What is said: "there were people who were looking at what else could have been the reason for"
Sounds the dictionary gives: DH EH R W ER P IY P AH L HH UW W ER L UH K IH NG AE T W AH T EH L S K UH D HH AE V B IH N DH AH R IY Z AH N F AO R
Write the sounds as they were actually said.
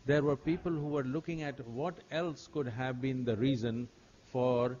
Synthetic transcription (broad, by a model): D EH R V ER P IY P AH L HH UW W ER L UH K IH NG AE T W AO T EH L S K UH D HH AE V B IH N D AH R IY Z AH N F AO R